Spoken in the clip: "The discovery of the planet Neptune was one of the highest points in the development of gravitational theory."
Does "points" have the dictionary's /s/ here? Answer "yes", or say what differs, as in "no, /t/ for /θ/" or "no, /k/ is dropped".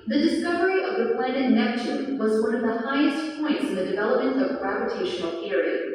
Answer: yes